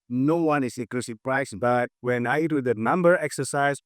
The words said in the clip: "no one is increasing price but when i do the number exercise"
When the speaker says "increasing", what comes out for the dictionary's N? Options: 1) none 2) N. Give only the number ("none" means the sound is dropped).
1